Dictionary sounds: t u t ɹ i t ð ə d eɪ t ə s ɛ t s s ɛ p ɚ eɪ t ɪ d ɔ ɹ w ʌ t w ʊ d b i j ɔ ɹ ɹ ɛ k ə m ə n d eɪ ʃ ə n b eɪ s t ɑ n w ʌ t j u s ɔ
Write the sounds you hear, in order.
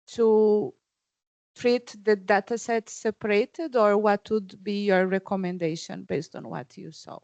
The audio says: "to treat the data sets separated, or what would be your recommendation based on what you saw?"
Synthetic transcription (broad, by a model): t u t ɹ i t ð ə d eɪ t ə s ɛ t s s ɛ p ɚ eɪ t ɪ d ɔ ɹ w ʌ t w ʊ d b i j ɔ ɹ ɹ ɛ k ə m ə n d eɪ ʃ ə n b eɪ s t ɑ n w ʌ t j u s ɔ